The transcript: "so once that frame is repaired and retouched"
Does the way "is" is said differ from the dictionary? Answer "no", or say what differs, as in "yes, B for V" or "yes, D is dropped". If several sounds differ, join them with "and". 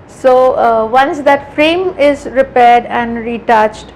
no